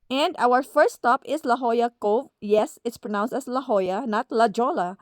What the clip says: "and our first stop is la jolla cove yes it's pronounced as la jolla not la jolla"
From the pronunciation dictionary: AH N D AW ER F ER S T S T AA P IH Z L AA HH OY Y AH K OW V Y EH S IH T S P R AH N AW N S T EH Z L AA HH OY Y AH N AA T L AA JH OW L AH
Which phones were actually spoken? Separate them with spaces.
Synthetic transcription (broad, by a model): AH N D AW ER F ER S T S T AA P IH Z L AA HH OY Y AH K OW V Y EH S IH T S P R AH N AW N S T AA S L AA HH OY Y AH N AA T L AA JH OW L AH